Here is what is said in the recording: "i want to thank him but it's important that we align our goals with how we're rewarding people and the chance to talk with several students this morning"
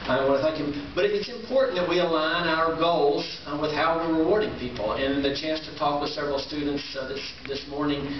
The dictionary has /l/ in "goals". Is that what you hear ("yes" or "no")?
yes